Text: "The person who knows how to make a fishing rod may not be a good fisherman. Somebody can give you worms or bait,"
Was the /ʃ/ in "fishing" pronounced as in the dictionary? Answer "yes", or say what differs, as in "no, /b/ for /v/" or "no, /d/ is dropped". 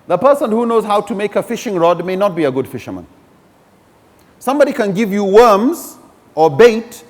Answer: yes